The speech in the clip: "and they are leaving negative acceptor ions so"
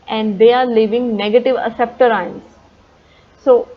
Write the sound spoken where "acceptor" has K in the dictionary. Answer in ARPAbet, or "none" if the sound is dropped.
none